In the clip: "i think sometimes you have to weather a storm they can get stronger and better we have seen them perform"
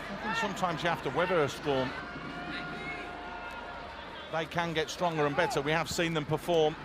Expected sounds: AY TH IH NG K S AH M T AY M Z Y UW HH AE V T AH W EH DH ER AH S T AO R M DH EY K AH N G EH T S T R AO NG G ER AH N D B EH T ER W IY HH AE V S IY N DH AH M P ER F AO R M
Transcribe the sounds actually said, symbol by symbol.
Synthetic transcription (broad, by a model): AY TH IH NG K S AH M T AY M Z Y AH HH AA F T AH W EH DH ER AH S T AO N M DH EY K AH N G EH T S T R AO NG G ER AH N B EH T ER W IY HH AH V S IY N DH AH M P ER F AO M